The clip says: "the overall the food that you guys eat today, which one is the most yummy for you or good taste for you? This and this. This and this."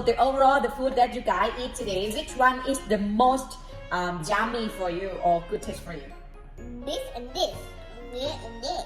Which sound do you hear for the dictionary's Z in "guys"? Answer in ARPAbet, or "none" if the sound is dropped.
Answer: none